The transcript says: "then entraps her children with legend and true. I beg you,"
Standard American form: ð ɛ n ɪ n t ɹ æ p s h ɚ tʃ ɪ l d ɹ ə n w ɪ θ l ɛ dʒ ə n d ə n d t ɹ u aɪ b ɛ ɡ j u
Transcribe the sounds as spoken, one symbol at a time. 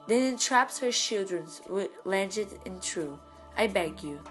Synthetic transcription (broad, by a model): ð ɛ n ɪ n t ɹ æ p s h ɚ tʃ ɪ l d ɹ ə n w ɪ l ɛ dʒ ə d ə n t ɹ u aɪ b ɛ ɡ j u